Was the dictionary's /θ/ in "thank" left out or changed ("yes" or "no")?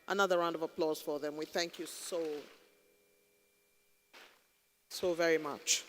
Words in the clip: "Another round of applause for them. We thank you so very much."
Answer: no